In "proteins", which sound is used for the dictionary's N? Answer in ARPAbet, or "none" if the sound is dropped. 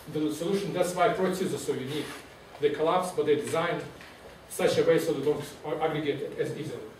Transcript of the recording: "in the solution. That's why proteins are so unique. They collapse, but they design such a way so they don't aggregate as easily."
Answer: none